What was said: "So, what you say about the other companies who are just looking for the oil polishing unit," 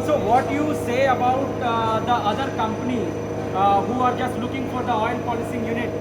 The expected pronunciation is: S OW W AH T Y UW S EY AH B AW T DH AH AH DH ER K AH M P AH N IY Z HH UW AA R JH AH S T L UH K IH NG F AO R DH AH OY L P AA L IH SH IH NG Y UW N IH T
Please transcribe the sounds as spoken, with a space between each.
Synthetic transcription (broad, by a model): S OW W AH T Y UW S EY AH B AW T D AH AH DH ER K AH M P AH N IY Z HH UW AA R JH AH S T L UH K IH NG F AO R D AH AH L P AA L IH S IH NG Y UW N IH T